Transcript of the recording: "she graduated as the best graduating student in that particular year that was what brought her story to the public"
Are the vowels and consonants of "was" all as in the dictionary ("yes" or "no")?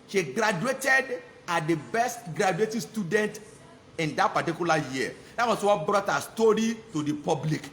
no